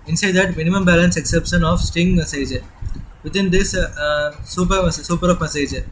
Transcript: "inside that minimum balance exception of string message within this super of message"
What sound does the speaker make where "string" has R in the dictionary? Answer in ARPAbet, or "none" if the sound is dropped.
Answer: none